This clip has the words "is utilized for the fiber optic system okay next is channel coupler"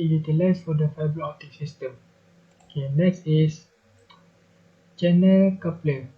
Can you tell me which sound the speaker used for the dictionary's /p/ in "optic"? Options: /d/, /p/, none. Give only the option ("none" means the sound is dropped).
none